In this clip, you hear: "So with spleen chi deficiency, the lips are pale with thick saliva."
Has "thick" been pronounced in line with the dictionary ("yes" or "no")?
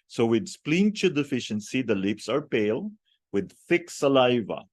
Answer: yes